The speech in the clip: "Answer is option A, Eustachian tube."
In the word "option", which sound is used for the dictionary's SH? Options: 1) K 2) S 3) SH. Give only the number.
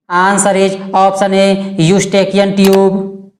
2